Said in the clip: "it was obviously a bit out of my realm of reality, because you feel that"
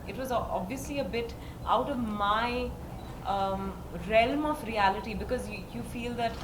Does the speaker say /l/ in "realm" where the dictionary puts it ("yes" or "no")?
yes